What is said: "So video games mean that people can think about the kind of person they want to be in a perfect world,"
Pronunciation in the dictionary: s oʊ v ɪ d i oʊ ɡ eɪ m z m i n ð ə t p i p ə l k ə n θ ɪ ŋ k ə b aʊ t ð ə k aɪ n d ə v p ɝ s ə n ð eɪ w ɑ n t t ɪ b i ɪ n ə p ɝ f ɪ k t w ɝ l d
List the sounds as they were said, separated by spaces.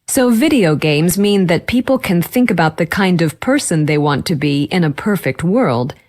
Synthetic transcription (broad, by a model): s oʊ v ɪ d i oʊ ɡ eɪ m z m i n ð ə t p i p l k ə n θ ɪ ŋ k ə b aʊ t ð ə k aɪ n d ə v p ɝ s ə n ð eɪ w ɑ n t t ɪ b i ɪ n ə p ɝ f ɪ k t w ɝ l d